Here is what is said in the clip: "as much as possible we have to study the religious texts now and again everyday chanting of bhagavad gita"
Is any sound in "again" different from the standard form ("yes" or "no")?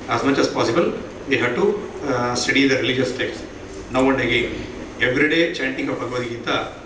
yes